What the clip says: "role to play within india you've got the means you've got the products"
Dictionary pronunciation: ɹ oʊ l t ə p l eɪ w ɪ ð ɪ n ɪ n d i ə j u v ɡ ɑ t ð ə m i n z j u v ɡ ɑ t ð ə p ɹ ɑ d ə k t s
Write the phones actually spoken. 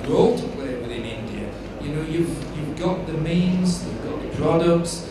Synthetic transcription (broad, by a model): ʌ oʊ l t ə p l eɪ w ɪ ð ɪ n ɪ n d i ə j u v ɡ ɑ t ð ə m i n z j u v ɡ ɑ t ð ə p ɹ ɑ d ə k t s